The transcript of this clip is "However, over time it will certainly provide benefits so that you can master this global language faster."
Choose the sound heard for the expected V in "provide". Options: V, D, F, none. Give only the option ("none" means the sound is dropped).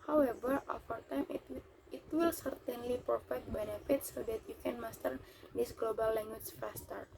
F